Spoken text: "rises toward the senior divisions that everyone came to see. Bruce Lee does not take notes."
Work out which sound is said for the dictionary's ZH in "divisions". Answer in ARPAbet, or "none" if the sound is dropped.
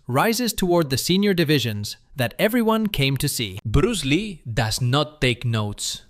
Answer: ZH